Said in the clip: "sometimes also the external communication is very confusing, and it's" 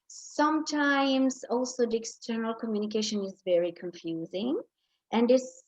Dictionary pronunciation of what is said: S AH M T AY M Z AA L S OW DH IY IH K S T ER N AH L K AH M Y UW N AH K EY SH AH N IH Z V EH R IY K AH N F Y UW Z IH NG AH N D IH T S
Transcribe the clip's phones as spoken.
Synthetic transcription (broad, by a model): S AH M T AY M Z AA L S OW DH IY IH K S T ER N AH L K AH M Y UW N AH K EY SH AH N IH Z V EH R IY K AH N F Y UW Z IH NG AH N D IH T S